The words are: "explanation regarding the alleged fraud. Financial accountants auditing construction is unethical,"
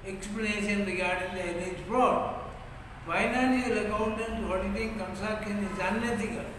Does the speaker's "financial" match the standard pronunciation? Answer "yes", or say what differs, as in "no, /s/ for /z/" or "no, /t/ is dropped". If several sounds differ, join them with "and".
no, /ʃ/ is dropped